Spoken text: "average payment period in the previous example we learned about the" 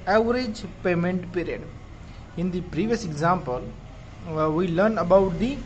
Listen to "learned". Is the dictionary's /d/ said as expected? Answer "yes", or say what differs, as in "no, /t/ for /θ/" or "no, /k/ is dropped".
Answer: no, /d/ is dropped